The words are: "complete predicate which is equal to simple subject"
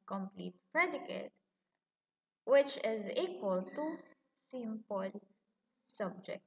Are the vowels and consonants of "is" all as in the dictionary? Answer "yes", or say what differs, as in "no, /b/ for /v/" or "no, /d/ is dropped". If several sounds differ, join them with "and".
yes